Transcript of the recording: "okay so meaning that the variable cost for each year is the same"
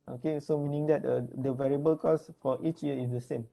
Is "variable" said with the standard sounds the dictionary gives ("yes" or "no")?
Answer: yes